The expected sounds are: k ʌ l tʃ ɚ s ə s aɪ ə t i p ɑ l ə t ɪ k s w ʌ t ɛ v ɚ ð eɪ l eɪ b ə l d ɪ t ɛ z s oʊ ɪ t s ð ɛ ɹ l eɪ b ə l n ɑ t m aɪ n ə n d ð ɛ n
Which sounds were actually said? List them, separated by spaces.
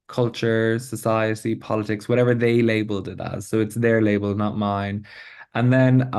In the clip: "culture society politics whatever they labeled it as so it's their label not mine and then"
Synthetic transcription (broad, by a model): k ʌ l tʃ ɚ s ə s aɪ ə t i p ɑ l ə t ɪ k s w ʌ t ɛ v ɚ ð eɪ l eɪ b ə l d ɪ t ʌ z s oʊ ɪ t s ð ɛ ɹ l eɪ b ə l n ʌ t m aɪ n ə n ð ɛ n